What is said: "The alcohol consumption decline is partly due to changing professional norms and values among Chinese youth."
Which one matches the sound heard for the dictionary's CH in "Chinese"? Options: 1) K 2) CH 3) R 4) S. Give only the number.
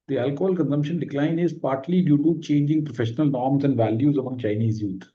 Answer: 2